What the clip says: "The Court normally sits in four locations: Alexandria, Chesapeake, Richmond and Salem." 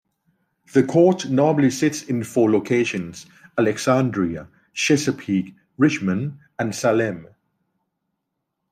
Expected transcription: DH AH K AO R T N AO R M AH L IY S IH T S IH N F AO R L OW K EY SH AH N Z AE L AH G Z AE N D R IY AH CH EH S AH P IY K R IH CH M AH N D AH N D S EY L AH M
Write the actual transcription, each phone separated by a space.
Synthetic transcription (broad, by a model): DH AH K AO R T N AO M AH L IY S IH T S IH N F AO L OW K EY SH AH N Z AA L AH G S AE N D R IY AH SH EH S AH P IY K R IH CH M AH N AH N S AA L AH M